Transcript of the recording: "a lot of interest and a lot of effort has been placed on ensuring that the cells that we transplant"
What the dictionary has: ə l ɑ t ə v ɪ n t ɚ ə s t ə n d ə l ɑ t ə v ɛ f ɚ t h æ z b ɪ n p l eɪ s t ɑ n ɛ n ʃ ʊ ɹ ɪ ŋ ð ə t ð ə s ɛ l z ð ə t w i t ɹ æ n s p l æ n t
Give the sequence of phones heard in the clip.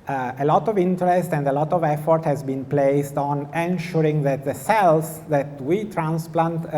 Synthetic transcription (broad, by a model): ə l ɑ t ə v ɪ n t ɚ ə s t ə n d ə l ɑ t ə v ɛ f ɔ t h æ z b ɪ n p l eɪ s t ɑ n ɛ n ʃ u ɹ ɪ ŋ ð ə t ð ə s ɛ l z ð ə t w i t ɹ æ n s p l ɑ n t